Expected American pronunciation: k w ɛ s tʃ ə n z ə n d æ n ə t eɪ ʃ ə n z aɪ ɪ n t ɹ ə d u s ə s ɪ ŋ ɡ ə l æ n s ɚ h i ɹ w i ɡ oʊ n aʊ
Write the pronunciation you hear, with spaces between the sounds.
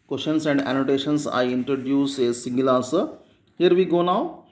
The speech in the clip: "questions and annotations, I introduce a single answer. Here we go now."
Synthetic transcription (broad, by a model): k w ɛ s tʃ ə n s ə n d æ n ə t eɪ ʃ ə n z aɪ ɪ n t ɹ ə d u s ə s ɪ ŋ ɡ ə l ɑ s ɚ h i ɹ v i ɡ oʊ n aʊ